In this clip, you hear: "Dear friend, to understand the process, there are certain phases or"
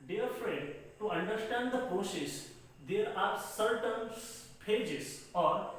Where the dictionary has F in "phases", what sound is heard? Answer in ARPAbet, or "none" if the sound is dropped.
P